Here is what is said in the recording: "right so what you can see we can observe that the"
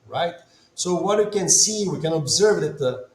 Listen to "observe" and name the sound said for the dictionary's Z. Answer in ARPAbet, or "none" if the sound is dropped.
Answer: Z